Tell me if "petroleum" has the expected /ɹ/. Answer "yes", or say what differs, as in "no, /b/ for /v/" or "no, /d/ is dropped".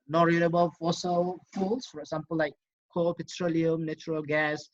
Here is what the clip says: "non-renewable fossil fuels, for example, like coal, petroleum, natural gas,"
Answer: yes